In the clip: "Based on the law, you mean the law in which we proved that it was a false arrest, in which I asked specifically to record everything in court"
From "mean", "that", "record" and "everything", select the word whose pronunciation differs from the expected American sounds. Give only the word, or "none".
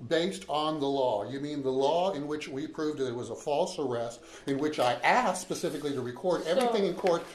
none